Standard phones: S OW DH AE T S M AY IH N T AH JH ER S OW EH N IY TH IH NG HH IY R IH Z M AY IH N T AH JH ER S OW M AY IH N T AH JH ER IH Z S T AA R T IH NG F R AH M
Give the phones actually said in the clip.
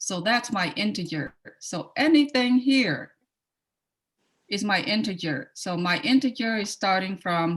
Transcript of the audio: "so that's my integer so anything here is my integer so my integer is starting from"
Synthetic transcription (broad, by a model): S OW DH AE T S M AY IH N T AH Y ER S OW EH N IY TH IH NG HH IY R IH Z M AY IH N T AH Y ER S OW M AY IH N T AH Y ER IH Z S T AA R T IH NG F R AH M